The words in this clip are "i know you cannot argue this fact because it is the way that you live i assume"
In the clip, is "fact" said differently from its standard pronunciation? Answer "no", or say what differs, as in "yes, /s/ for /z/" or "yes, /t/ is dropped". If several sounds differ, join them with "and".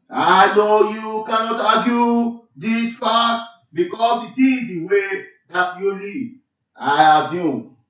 yes, /p/ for /f/ and /k/ is dropped